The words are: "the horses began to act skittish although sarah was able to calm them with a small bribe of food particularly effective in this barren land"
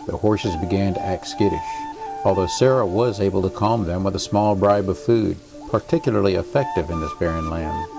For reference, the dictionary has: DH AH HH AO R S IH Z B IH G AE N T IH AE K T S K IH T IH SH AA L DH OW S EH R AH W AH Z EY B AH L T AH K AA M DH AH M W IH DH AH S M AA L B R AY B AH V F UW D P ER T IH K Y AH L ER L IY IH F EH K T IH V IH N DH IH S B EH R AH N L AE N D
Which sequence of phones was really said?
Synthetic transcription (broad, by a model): DH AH HH AO R S IH Z B IH G AE N T IH AE K T S K IH T IH SH AA L DH OW S EH R AH W AH Z EY B L T AH K AA M DH AH M W IH DH AH S M AA L B R AY B AH V F UW D P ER T IH K Y L ER L IY IH F EH K T IH V IH N DH IH S B EH R AH N L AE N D